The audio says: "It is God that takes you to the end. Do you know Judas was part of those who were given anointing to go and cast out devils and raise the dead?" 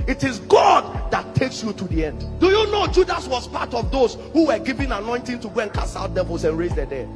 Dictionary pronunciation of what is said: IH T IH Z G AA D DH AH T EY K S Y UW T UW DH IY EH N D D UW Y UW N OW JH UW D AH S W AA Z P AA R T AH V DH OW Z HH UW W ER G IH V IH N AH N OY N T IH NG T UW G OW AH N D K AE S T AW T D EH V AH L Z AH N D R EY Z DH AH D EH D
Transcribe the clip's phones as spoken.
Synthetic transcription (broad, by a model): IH T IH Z G AA D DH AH T EY K S Y UW T UW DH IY EH N D D UW Y UW N OW JH UW D AH S W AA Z P AA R T AH V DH OW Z HH UW W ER G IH V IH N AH N OY N T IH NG T UW G OW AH N K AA S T AW T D EH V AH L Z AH N R EY Z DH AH D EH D